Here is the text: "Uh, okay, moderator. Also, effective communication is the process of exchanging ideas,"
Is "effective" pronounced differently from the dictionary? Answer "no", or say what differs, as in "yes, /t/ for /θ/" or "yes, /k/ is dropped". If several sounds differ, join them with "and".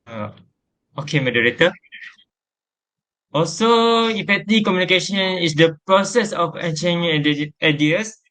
yes, /k/ is dropped